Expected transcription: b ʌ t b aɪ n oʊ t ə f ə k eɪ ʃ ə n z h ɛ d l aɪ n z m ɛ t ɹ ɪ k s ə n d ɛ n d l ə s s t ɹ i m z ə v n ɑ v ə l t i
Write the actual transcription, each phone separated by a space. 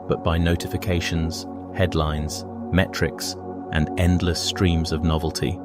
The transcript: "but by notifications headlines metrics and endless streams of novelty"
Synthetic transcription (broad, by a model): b ʌ t b aɪ n oʊ t ə f ə k eɪ ʃ ə n z h ɛ d l aɪ n z m ɛ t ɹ ɪ k s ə n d ɛ n d l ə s s t ɹ i m z ə v n ɑ v ə l t i